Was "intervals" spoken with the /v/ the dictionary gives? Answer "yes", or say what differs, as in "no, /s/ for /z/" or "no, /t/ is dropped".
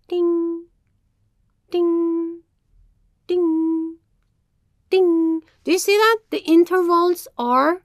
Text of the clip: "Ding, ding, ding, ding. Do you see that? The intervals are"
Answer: yes